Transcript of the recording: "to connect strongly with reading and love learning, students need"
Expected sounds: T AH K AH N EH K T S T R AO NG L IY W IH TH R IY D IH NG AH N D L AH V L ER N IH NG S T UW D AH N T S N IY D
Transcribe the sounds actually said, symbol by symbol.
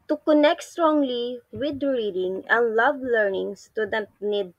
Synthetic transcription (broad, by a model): T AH K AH N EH K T S T R AO NG L IY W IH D R IY D IH NG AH N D L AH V L ER N IH NG S T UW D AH T N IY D